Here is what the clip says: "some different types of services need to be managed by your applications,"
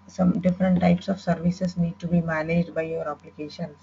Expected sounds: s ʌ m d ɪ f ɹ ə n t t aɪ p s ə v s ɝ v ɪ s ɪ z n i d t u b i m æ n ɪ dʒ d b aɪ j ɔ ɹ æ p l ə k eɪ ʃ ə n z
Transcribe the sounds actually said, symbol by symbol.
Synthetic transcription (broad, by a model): s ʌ m d ɪ f ɹ ə n t t aɪ p s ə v s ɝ v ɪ s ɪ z n i d t u b i m æ n ɪ dʒ d b aɪ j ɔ ɹ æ p l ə k eɪ ʃ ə n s